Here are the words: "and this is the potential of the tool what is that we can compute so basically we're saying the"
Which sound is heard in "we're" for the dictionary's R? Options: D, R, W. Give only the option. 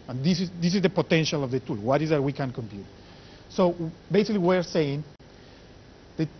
R